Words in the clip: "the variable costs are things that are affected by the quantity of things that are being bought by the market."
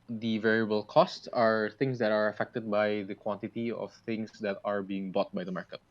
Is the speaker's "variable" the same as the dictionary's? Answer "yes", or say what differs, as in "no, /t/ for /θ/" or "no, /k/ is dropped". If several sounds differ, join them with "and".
yes